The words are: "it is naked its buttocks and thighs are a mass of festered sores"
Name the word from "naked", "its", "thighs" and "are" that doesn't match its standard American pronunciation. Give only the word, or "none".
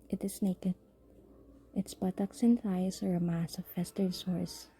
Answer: thighs